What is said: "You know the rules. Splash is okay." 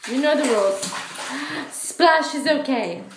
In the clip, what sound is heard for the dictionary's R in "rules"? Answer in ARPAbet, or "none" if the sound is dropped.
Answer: W